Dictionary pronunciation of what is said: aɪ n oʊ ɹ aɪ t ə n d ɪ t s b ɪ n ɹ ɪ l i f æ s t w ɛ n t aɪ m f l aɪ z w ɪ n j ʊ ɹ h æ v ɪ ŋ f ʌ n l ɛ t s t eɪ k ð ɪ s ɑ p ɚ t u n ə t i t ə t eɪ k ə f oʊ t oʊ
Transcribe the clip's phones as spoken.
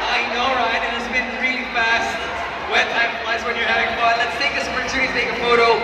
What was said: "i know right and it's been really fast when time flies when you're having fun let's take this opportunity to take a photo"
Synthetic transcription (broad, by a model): aɪ n oʊ ɹ aɪ t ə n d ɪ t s b ɪ n ɹ ɪ l i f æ s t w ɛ t aɪ m p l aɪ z w ɪ n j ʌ ɹ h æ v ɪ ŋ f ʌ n l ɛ t s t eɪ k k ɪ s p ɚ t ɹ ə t t ə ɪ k ə f oʊ t oʊ